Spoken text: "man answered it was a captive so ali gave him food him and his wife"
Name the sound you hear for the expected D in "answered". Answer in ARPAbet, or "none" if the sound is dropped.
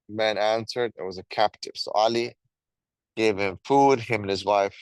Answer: D